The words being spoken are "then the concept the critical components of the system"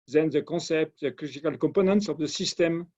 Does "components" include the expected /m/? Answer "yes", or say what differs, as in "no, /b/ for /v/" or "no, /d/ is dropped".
no, /m/ is dropped